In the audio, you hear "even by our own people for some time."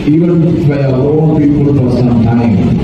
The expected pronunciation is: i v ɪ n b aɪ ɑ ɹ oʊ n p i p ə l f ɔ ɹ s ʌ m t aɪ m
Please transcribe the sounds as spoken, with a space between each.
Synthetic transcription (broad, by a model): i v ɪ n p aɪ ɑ l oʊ p i p ə l f ɔ ɹ s ʌ m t aɪ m